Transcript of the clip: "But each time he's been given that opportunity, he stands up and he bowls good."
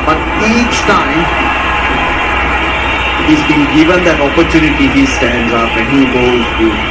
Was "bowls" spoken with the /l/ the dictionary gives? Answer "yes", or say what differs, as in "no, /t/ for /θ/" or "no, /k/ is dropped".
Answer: no, /l/ is dropped